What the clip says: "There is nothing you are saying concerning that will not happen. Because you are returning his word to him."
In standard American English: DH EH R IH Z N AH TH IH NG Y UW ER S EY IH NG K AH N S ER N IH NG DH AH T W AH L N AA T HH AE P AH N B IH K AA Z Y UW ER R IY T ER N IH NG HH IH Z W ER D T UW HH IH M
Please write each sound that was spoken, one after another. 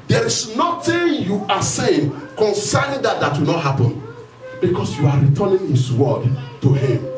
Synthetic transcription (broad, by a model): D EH R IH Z N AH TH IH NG Y UW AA S EY IH NG K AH N S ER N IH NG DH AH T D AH W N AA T HH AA P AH N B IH K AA S Y UW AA R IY T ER N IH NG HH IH S W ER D T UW HH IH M